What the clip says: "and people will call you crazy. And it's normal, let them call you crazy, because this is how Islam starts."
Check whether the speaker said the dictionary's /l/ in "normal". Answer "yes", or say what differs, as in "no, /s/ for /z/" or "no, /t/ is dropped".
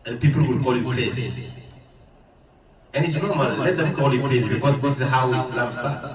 no, /n/ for /l/